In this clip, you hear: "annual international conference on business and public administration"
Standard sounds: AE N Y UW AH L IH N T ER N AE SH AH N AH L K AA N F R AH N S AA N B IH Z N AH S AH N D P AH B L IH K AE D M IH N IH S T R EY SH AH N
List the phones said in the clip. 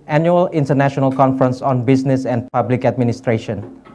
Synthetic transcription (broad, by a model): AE N Y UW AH L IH N T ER N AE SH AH N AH L K AA N F R AH N S AA N B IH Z N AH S AH N D P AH B L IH K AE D M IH N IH S T R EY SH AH N